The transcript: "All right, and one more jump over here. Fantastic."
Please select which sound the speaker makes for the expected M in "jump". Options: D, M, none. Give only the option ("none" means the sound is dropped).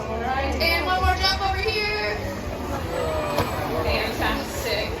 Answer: none